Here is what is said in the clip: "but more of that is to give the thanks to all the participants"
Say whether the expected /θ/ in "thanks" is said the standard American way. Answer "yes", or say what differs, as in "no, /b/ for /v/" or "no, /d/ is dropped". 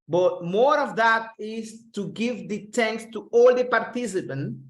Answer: no, /t/ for /θ/